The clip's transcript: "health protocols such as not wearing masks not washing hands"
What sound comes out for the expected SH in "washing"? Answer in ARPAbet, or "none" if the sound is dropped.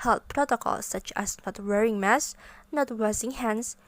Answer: S